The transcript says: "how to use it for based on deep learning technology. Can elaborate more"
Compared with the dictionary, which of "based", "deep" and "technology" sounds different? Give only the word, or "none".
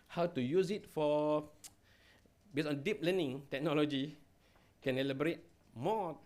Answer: based